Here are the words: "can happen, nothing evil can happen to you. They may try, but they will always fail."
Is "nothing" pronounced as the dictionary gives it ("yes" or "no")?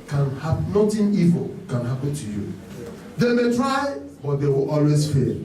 no